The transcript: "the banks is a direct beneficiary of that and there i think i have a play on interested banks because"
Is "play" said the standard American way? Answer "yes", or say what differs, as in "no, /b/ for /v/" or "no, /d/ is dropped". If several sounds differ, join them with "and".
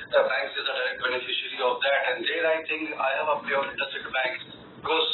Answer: no, /l/ is dropped